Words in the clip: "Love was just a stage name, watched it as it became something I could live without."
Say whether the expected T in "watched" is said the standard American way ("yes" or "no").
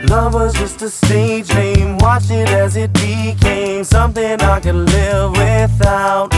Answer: no